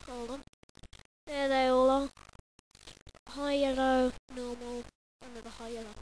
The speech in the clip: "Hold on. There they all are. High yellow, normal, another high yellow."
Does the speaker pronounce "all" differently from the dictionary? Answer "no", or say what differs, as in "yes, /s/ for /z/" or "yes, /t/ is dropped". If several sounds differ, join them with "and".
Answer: no